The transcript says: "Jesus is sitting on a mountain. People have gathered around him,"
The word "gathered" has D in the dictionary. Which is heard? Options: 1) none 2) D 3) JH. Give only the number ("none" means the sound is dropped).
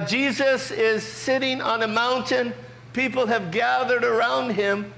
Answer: 2